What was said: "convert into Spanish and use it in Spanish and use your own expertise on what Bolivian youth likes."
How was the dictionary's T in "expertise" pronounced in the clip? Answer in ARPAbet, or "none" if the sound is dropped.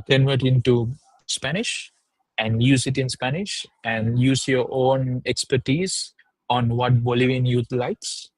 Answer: T